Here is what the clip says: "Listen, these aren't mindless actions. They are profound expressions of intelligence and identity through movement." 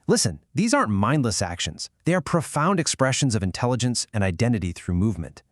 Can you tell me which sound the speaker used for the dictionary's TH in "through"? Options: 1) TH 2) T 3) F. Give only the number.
1